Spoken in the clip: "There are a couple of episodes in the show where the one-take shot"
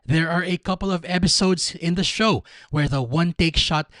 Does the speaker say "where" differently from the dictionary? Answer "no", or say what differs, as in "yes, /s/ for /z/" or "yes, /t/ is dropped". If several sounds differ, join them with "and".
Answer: no